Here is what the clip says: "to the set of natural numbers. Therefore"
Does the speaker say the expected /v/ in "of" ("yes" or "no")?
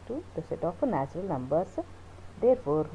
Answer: no